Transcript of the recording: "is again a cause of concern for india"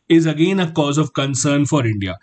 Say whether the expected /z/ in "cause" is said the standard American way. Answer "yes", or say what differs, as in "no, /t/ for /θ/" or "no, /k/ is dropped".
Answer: yes